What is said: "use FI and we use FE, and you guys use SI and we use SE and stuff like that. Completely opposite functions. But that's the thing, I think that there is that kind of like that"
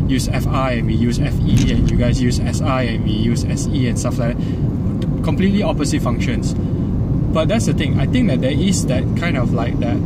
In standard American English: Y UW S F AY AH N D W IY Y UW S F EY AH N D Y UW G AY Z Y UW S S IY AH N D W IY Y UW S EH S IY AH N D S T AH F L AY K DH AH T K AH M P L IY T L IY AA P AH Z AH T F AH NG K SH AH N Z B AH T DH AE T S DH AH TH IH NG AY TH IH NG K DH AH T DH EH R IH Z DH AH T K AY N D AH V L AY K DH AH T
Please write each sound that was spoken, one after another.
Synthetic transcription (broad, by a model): Y UW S F AY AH N W IY Y UW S F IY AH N Y UW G AY S Y UW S S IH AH N W IY Y UW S EH S IY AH N S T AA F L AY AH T K AH M P L IY T L IY AA P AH S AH T F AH NG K SH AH N S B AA T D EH T S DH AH T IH NG AY T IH NG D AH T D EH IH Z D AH T K AY N D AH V L AY K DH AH T